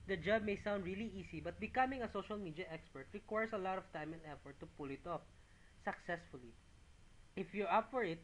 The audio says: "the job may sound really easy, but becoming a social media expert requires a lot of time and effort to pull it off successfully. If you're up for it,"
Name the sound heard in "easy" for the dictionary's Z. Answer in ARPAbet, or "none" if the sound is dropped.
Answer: S